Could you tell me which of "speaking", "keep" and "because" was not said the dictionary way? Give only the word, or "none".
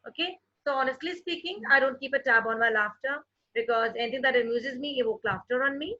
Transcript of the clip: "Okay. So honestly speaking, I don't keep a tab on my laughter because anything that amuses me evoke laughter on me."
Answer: none